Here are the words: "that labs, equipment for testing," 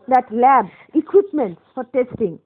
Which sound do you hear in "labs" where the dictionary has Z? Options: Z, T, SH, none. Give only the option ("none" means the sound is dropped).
none